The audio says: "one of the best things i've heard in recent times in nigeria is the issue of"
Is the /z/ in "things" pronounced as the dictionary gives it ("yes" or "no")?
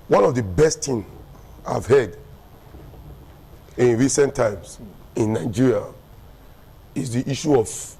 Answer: no